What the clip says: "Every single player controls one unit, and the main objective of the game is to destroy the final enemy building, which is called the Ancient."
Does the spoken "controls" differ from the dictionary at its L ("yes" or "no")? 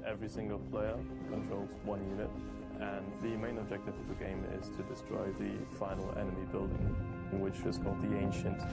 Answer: no